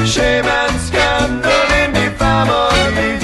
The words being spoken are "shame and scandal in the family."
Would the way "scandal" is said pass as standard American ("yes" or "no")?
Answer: no